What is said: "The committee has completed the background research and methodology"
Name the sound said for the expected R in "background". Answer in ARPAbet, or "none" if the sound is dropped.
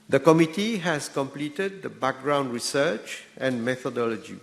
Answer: R